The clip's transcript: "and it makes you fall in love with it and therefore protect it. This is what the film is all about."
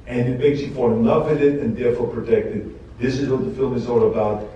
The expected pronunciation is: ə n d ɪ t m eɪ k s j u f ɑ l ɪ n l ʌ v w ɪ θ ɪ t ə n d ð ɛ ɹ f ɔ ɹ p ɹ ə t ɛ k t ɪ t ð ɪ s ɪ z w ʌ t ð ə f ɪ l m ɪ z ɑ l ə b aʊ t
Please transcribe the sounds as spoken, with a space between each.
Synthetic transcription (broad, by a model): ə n ɪ t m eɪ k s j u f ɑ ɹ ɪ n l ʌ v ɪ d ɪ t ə n ð ɛ ɹ f ɔ ɹ p ɹ ə t ɛ k t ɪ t ð ɪ s ɪ z w ʌ t ð ə f ɪ l m ɪ z ɑ l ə b aʊ t